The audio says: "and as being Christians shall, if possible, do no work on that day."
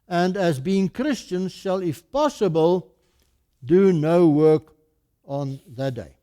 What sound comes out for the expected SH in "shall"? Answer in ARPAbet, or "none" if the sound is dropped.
SH